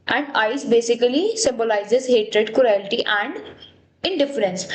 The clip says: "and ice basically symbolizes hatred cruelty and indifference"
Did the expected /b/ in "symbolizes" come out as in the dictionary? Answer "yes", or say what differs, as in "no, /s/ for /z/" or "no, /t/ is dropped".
yes